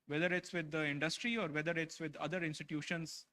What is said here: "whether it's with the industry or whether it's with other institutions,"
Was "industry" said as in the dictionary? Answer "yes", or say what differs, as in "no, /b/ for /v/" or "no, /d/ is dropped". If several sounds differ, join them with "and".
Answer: yes